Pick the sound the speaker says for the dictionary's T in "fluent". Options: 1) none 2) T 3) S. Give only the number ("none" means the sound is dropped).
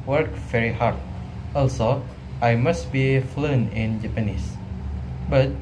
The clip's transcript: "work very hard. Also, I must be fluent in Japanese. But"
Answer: 1